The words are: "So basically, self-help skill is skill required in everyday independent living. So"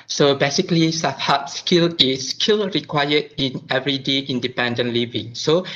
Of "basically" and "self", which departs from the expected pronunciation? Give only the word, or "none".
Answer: self